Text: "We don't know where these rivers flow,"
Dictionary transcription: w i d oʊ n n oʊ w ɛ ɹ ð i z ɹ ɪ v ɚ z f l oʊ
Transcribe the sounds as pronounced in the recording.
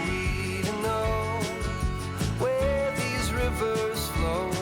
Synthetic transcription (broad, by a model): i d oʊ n n oʊ w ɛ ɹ ð i z ɹ ɪ v ɚ z f l oʊ